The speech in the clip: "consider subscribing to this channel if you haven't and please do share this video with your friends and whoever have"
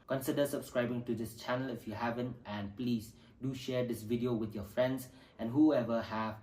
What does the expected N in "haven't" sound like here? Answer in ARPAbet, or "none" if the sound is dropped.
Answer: N